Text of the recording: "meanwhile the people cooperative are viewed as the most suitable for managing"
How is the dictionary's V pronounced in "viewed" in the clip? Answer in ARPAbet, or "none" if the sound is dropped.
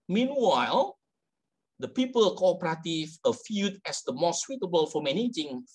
F